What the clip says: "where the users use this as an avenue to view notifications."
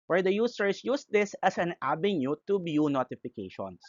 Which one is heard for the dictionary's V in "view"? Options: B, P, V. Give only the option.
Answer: B